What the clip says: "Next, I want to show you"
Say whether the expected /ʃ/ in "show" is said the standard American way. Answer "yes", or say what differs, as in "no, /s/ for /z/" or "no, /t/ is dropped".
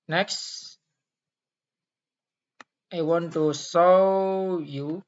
no, /s/ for /ʃ/